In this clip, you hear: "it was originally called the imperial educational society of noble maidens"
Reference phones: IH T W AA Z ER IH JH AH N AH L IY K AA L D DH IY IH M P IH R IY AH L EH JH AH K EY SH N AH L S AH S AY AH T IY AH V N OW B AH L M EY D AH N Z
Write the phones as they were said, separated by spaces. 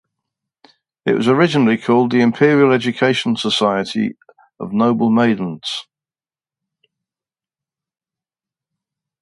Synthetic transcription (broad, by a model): IH T W AA Z ER IH JH AH N AH L IY K AA L D DH IY IH M P IH R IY AH L EH JH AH K EY SH AH N S AH S AY AH T IY AH V N OW B AH L M EY D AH N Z